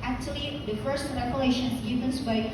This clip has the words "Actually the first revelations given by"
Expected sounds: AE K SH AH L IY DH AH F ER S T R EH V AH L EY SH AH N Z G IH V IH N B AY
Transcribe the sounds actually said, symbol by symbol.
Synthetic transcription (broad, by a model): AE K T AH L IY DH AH F ER S T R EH P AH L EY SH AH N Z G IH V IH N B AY